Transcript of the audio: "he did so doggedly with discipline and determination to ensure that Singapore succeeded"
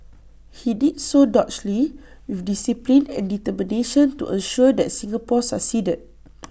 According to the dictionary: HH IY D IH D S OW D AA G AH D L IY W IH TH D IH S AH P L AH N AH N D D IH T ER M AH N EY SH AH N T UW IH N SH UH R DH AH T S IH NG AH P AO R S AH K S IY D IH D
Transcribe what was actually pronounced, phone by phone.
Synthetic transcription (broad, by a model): HH IY D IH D S OW D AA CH L IY W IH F D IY S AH P L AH N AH N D D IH T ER M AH N EY SH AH N T UW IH N SH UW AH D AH T S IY NG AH P AO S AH S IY D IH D